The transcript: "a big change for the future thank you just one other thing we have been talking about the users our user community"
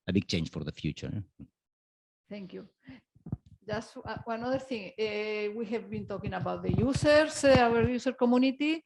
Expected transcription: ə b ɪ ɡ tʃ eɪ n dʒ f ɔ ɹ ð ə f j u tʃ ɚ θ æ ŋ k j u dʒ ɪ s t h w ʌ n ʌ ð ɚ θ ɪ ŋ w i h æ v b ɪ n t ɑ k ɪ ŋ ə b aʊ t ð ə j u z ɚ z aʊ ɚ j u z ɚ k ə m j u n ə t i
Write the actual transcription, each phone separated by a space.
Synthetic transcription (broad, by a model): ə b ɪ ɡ tʃ eɪ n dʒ f ɔ ɹ ð ə f j u tʃ ɚ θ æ ŋ k j u dʒ ɪ s t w w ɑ n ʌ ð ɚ θ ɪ ŋ w i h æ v b ɪ n t ɑ k ɪ ŋ ə b aʊ t ð ə j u s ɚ s aʊ ɚ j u s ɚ k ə m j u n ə t i